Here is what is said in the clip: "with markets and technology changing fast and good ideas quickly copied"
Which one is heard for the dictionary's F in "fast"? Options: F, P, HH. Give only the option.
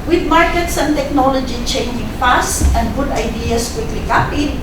P